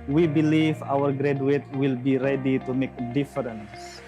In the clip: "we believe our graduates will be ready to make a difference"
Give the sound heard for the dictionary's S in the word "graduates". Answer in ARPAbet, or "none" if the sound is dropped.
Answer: none